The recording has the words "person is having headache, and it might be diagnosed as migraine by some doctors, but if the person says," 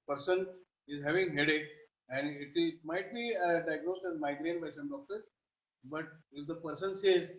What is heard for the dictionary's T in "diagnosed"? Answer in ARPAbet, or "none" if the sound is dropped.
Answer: T